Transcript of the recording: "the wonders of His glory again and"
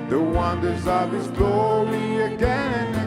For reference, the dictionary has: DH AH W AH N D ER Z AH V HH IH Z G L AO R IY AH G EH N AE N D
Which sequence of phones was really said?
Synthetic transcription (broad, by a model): DH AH W AH N D ER Z AH V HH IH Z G L AO R IY AH G EH N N